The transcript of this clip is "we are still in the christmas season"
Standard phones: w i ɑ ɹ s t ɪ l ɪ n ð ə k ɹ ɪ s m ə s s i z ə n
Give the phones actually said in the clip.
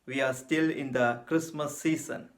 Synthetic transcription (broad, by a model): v i ɑ ɹ s t ɪ l ɪ n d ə k ɹ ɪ s m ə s s i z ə n